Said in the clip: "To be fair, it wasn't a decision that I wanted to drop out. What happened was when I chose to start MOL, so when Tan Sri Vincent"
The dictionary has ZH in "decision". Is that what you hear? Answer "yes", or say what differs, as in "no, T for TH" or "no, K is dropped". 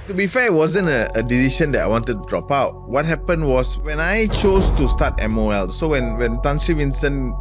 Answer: no, SH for ZH